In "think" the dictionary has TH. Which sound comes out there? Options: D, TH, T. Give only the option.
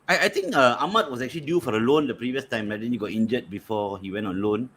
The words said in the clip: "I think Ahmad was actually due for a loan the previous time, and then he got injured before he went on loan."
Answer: T